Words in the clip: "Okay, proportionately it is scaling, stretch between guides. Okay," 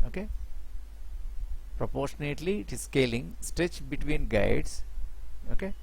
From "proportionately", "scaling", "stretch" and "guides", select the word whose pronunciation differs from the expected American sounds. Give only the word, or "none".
guides